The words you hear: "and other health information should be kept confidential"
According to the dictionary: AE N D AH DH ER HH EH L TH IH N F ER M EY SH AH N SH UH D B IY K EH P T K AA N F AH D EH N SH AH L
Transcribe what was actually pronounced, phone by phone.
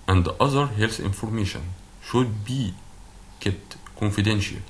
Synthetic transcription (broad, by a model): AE N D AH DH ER HH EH L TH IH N F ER M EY SH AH N SH UH D B IY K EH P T K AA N F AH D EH N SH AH L